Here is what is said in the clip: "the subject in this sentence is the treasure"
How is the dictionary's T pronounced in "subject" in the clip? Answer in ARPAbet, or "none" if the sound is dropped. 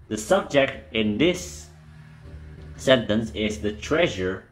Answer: T